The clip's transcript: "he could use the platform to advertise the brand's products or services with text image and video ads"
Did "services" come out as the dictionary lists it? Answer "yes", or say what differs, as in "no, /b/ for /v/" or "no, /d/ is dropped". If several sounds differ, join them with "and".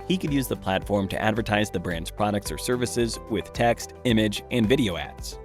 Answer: yes